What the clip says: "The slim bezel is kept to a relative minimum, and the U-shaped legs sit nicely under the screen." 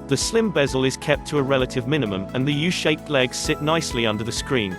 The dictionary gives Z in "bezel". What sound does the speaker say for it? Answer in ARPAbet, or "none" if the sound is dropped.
Z